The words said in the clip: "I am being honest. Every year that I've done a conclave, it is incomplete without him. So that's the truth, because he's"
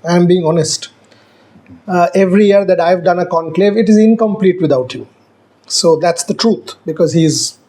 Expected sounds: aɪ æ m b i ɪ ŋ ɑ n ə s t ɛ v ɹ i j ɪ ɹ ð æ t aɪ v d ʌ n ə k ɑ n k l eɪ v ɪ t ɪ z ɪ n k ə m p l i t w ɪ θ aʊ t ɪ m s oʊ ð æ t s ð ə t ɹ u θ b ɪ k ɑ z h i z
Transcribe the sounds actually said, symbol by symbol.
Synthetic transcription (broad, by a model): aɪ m b i ɪ ŋ ɑ n ə s t ɛ v ɹ i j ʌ ɹ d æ t aɪ v d ʌ n ə k ɑ n k l eɪ v ɪ t ɪ z ɪ n k ə m p l i t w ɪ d aʊ t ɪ s oʊ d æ t s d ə t ɹ u t b ɪ k ɑ z h i z